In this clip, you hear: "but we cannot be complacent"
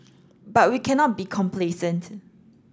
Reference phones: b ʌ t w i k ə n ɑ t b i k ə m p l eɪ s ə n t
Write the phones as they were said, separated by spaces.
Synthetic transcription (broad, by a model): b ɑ t w i k ə n ɑ t b i k ə m p l eɪ s ə n t